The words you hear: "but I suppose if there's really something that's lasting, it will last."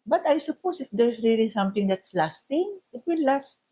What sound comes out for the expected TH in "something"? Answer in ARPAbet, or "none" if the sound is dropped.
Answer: T